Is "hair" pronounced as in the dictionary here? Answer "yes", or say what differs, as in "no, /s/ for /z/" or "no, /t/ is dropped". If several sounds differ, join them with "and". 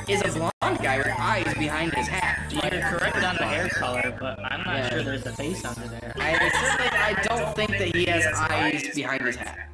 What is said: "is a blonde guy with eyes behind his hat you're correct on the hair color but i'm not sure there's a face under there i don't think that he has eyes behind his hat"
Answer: yes